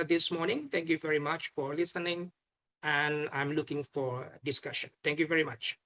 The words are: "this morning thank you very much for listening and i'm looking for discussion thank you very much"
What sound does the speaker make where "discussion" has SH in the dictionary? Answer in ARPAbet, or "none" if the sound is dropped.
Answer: SH